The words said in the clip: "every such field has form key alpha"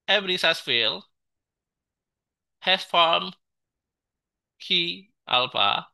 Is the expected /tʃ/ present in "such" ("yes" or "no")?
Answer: no